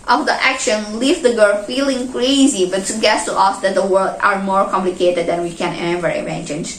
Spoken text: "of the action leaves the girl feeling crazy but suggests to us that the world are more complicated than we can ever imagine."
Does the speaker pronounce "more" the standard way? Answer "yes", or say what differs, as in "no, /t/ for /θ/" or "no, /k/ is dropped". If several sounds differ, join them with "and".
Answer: yes